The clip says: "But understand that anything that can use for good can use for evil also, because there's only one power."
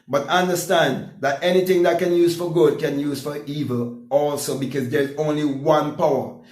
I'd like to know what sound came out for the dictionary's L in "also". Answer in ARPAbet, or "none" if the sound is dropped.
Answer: L